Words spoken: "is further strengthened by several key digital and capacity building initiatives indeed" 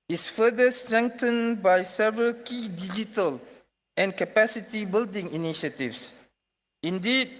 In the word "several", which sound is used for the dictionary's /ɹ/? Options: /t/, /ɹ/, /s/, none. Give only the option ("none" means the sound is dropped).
/ɹ/